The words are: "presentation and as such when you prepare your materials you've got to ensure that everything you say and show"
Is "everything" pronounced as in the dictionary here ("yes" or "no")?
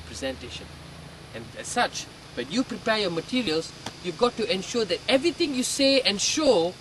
no